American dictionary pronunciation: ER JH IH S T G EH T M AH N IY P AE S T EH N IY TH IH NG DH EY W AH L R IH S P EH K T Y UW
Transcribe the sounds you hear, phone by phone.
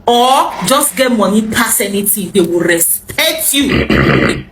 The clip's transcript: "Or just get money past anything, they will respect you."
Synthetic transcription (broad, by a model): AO JH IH S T G EH T M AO N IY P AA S EH N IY T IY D EY W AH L R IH S P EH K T Y UW